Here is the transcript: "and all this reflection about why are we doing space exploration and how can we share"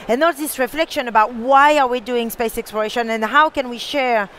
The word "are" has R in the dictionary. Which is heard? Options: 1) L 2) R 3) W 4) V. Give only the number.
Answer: 2